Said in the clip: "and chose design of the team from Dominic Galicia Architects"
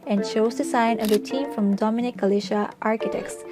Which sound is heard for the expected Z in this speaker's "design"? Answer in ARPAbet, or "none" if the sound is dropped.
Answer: S